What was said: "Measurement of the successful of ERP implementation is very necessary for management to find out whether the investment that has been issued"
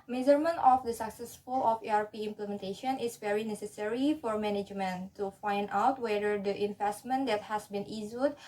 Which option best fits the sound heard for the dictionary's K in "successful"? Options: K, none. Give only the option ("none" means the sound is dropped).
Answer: K